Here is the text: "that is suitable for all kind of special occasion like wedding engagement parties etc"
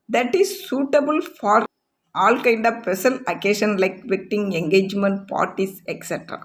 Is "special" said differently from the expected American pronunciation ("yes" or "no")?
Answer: yes